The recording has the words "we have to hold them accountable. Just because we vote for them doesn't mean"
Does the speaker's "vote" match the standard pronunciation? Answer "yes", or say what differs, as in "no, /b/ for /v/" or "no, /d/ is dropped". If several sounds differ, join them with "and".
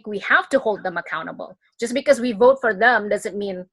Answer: yes